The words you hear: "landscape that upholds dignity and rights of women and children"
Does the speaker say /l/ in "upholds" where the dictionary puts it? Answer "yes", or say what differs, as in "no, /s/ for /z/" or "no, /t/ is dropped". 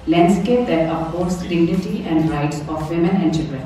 no, /l/ is dropped